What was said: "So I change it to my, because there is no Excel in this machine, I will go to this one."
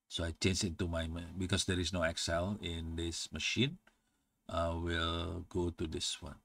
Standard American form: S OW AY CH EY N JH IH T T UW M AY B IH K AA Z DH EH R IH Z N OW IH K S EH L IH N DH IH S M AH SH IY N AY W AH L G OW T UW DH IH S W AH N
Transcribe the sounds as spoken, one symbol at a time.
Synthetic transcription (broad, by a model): S OW AY CH EY N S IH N T UW M AY B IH K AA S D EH R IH S N OW IH K S EH L IH N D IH S M AH SH IY N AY W AH L G OW T UW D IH S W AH N